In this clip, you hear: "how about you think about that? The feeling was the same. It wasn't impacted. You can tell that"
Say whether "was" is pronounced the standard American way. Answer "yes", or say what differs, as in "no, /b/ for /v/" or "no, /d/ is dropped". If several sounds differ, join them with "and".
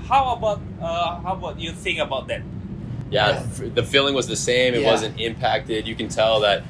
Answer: yes